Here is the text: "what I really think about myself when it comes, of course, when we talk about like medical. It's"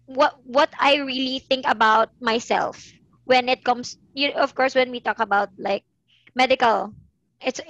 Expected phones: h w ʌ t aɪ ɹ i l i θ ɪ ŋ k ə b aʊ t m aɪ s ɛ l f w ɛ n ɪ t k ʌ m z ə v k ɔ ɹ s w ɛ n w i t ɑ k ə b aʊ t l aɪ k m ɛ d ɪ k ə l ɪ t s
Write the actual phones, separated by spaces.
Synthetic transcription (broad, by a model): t w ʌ t aɪ ɹ i l i θ ɪ ŋ k ə b aʊ t m aɪ s ɛ l f w ɛ n ɪ t k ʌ m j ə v k ɔ ɹ s w ɛ n w i t ɑ k ə b aʊ t l aɪ k m ɛ d ɪ k ə l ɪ t s